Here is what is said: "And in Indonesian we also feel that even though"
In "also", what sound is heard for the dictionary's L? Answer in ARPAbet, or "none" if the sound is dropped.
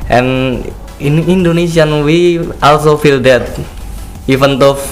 L